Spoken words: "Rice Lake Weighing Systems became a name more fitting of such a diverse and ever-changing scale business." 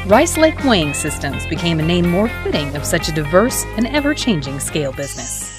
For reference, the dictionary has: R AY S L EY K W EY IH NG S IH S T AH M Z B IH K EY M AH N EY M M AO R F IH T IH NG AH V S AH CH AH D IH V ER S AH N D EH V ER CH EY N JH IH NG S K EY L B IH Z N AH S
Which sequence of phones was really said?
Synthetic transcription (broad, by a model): R AY S L EY K W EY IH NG S IH S T AH M Z B IH K EY M AH N EY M M AO R F IH T IH NG AH V S AH CH AH D IH V ER S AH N EH V ER CH EY N JH IH NG S K EY L B IH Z N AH S